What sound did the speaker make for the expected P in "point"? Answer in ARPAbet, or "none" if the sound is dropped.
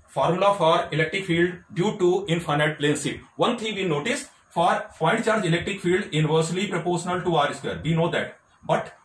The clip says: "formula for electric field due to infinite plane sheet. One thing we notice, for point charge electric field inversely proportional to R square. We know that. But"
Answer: F